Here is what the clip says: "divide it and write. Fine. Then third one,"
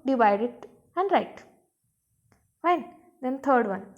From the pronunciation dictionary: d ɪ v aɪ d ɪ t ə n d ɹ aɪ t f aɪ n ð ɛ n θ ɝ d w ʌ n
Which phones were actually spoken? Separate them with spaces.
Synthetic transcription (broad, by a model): d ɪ v aɪ d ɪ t ə n d ɹ aɪ t f aɪ n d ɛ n t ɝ d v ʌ n